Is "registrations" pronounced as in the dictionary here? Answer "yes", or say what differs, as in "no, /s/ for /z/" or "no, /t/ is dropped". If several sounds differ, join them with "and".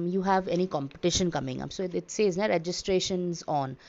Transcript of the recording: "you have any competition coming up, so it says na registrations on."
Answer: yes